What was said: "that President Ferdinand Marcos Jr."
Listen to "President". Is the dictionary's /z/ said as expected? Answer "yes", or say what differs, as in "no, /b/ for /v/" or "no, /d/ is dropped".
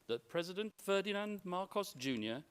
yes